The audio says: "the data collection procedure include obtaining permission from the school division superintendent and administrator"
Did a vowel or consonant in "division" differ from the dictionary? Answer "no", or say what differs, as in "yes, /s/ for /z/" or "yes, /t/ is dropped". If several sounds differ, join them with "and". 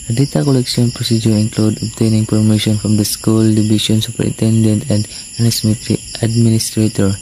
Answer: yes, /ʃ/ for /ʒ/